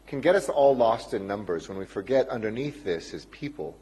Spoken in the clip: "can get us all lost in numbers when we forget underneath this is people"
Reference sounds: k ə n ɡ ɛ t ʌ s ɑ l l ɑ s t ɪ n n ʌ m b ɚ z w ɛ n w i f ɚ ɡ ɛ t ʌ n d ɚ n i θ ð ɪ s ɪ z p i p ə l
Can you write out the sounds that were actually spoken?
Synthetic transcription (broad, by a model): k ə n ɡ ɛ t ʌ s ɑ l l ɑ s t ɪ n n ʌ m b ɚ z w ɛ n w i f ɚ ɡ ɛ t ʌ n d ɚ n i θ ð ɪ s ɪ z p i p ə l